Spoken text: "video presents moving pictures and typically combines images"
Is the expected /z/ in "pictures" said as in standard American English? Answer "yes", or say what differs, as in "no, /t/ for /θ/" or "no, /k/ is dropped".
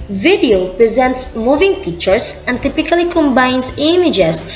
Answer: no, /s/ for /z/